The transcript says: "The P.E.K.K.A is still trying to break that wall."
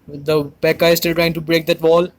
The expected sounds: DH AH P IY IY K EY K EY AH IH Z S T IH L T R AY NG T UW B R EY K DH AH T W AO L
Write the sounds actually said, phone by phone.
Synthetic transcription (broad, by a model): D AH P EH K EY K AH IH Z S T IH L T R AY NG T UW B R EY K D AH T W AO L